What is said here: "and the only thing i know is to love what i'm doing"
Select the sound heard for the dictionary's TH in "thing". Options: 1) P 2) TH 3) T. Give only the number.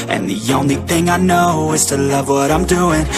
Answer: 2